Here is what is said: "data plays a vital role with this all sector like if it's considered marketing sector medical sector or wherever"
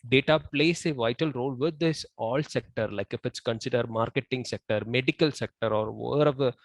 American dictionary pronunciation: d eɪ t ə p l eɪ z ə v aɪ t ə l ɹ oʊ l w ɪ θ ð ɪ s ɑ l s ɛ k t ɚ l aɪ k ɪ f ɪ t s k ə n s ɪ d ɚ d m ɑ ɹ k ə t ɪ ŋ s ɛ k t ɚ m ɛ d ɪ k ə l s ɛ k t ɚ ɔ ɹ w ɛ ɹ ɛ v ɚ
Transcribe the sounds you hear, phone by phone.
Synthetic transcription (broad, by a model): d eɪ t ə p l eɪ s ə v aɪ t ə l ɹ oʊ l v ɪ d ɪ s ɑ l s ɛ k t ɚ l aɪ k ɪ f ɪ t s k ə n s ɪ d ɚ d m ɑ ɹ k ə t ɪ ŋ s ɛ k t ɚ m ɛ d ɪ k ə l s ɛ k t ɚ ɔ ɹ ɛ ɹ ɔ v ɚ